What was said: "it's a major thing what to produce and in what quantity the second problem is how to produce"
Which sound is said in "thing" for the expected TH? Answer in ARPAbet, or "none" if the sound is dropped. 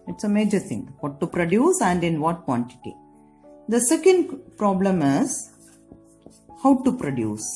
T